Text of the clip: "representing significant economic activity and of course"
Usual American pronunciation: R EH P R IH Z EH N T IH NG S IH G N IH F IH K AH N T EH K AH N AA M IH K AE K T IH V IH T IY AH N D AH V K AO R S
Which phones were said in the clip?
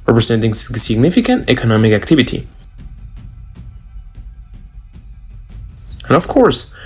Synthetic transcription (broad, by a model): R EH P R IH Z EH N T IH NG S IH G N IH F IH K AH N T EH K AH N AA M IH K AE K T IH V IH T IY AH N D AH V K AO R S